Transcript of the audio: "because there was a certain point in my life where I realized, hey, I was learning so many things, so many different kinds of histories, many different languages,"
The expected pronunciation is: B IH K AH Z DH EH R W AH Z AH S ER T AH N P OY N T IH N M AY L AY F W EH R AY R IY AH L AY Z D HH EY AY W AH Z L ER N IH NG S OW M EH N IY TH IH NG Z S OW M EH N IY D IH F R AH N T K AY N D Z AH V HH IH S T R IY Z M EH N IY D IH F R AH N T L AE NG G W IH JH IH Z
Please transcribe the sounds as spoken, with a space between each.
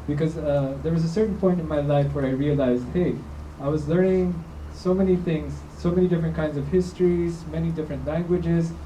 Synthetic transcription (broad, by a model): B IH K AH Z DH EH R W AH Z AH S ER T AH N P OY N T IH N M AY L AY F W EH R AY R IY AH L AY Z D HH EY AY W AH Z L ER N IH NG S OW M EH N IY TH IH NG Z S OW M EH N IY D IH F R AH N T K AY N D Z AH V HH IH S T R IY Z M EH N IY D IH F R AH N T L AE NG G W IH JH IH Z